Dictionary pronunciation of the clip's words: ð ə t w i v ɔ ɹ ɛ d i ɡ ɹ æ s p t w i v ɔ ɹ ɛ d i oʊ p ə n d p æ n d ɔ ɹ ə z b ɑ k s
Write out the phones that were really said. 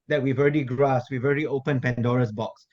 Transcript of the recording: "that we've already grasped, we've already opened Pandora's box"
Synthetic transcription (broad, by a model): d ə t w i v ɔ ɹ ɛ d i ɡ ɹ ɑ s t w i v ɔ ɹ ɛ d i oʊ p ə n p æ n d ɔ ɹ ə s b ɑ k s